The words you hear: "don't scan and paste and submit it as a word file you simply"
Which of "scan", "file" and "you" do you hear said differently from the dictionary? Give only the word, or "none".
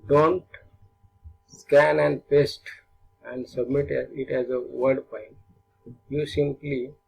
file